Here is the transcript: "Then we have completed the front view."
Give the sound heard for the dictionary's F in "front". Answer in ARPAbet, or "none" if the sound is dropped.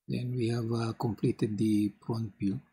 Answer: P